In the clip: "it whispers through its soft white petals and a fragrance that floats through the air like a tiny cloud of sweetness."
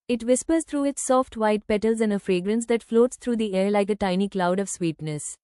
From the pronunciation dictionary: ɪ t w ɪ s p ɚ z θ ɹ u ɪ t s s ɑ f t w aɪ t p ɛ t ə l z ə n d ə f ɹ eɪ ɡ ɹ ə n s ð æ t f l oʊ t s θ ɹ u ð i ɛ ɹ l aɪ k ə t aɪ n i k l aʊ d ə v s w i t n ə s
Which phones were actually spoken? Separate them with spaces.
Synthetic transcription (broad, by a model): ɪ t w ɪ s p ɚ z t ɹ u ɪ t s s ɑ f t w aɪ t p ɛ t ə l z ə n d ə f ɹ eɪ ɡ ɹ ə n s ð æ t f l oʊ t s t ɹ u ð i ɛ ɹ l aɪ k ə t aɪ n i k l aʊ d ə v s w i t n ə s